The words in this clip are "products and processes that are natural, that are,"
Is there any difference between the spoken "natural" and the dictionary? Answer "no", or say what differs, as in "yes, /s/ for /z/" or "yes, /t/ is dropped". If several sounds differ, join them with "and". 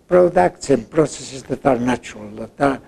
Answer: yes, /ɹ/ is dropped